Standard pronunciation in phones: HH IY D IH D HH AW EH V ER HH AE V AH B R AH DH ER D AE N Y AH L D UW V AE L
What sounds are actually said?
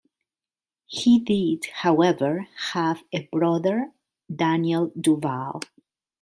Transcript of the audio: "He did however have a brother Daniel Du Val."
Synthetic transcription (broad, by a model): HH IY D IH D HH AW EH V ER HH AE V AH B R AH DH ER D AE N Y AH L D UW V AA L